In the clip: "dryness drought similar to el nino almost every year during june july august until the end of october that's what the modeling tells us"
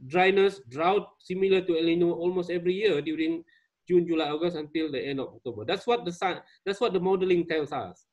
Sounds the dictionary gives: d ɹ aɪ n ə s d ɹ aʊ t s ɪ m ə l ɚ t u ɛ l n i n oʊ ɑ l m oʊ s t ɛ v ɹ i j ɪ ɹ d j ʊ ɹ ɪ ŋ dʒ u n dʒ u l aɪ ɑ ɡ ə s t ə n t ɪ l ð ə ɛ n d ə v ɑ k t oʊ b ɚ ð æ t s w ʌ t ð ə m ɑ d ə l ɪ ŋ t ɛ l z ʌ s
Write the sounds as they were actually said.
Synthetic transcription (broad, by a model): d ɹ aɪ n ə s d ɹ aʊ t s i m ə l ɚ t u ɛ l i n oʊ ɑ l m oʊ s t ɛ v ɹ i j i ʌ d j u ɹ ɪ ŋ dʒ u n dʒ u l aɪ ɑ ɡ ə s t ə n t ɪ l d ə ɛ n d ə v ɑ k t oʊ b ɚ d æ t s w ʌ t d ə m ɑ d ə l ɪ ŋ t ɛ l s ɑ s